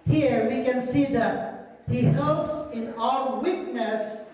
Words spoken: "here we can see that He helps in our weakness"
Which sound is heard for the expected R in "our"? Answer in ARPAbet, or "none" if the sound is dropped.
L